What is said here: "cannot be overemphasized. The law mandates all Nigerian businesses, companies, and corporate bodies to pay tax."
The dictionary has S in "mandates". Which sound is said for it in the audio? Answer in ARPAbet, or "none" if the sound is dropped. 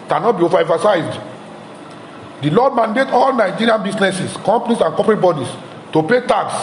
none